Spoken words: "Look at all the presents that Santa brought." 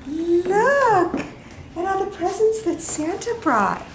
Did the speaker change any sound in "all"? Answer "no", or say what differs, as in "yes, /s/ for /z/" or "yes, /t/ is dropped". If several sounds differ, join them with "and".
yes, /n/ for /l/